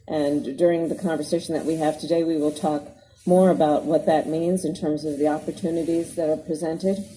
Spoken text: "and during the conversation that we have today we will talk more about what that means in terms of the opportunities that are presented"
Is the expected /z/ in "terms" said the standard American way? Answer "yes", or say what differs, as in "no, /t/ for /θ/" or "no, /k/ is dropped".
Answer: yes